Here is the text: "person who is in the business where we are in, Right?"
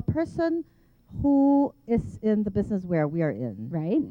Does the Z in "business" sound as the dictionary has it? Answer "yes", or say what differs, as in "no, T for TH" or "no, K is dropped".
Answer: yes